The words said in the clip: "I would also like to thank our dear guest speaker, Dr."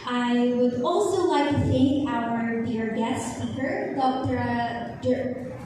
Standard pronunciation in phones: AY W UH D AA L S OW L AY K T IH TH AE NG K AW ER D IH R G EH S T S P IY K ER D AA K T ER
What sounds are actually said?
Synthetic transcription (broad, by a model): AY W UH D AA L S OW L AY K T IH TH AE NG K AW ER D IH R G EH S T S F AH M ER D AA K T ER